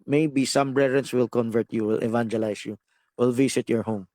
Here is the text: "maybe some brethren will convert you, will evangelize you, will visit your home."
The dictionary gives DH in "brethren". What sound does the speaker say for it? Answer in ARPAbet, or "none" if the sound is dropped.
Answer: none